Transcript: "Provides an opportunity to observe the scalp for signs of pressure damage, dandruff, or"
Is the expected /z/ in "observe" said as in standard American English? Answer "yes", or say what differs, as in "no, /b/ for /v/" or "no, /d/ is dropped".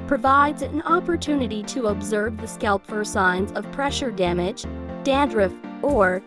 yes